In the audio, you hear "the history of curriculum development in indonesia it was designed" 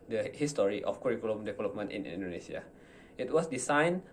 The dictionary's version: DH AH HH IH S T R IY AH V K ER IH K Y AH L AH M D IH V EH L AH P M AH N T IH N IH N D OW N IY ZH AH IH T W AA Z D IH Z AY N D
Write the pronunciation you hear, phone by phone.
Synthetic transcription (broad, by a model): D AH HH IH S T R IY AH F K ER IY K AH L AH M D IH V EH L AH P M AH N T IH N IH N D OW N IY S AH IH T W AA S D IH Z AY N